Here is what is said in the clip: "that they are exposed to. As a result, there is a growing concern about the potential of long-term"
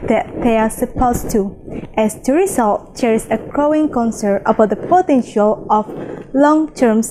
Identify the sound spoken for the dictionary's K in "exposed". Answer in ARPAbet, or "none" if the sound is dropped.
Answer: none